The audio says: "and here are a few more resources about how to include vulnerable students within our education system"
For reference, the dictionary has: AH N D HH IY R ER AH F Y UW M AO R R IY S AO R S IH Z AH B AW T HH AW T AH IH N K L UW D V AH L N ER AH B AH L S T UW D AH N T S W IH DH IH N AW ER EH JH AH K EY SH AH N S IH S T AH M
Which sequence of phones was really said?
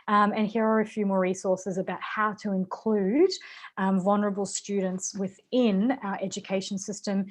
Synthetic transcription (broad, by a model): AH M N HH IY R ER AH F Y UW M AO R R IY S AO R S IH Z AH B AW T HH AW T AH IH N K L UW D V AH L N ER AH B AH L S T UW D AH N T S W IH DH IH N AW ER EH JH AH K EY SH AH N S IH S T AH M